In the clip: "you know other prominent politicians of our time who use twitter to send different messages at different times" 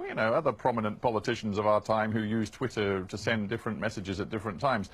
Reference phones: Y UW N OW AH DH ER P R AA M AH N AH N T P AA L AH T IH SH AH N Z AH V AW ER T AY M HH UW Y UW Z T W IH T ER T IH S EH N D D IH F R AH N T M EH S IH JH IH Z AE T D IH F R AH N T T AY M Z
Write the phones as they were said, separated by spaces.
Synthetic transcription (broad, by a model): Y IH N OW AH DH ER P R AA M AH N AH N P AA L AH T IH SH N Z AH V AW ER T AY M HH UW Y UW Z T W IH T ER T IH S EH N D D IH F R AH N M EH S IH JH IH Z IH T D IH F R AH N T T AY M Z